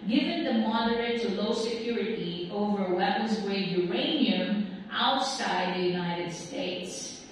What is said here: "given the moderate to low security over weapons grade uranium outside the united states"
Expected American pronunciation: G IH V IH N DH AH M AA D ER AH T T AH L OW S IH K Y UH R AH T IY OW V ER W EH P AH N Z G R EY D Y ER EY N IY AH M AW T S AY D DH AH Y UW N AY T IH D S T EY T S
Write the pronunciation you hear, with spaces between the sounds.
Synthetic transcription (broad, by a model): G IH V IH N DH AH M AA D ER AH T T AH L OW S IH K Y UH R AH T IY OW V ER W EH P AH N Z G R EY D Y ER EY N IY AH M AW T S AY D DH AH Y UW N AY T IH D S T EY T S